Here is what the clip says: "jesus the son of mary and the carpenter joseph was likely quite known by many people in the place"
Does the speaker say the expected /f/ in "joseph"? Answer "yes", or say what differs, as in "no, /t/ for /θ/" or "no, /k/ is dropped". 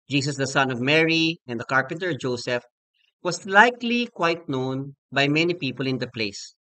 yes